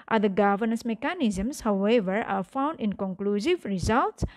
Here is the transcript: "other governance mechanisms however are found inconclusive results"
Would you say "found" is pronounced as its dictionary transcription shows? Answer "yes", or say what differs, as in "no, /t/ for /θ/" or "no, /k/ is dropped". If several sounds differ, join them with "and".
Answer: yes